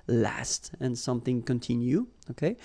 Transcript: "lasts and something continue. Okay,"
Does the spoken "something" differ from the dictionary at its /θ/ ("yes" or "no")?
no